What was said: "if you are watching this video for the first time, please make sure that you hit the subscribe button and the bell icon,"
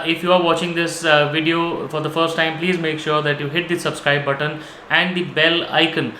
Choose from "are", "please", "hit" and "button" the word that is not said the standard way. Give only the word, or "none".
none